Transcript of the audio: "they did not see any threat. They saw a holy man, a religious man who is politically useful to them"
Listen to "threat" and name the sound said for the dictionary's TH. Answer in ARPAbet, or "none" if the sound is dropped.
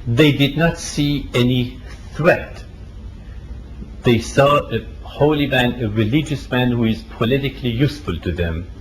TH